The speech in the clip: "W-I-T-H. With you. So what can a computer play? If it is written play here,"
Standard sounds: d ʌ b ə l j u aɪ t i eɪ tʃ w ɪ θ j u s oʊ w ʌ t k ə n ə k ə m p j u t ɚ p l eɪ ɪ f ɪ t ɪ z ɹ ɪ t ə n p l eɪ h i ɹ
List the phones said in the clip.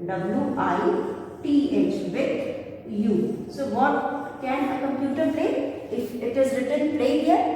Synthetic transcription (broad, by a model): d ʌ b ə l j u aɪ t i eɪ tʃ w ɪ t j u s oʊ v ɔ t k ə n ə k ə m p j u t ɚ p l eɪ ɪ f ɪ t ɪ z ɹ ɪ t ə n p l eɪ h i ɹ